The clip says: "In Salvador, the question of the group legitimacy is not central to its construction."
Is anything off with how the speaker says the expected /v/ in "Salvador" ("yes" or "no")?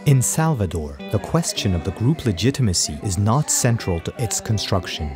no